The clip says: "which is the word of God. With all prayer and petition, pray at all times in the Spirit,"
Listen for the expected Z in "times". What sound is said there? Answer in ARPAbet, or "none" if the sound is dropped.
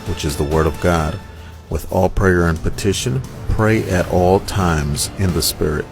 Z